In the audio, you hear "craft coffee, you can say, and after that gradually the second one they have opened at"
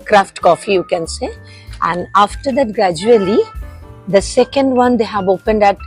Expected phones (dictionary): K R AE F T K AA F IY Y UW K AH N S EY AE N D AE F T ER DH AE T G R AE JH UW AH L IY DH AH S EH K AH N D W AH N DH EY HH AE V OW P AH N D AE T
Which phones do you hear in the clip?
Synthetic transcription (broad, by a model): K R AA F T K AA F IY Y UW K AH N S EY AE N D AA F T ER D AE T G R AE JH UW AH L IY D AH S EH K AH N D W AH N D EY HH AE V OW P AH N D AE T